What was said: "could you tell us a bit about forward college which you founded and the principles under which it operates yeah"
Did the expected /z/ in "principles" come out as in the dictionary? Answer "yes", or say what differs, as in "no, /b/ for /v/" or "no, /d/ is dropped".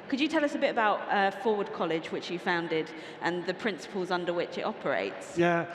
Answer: yes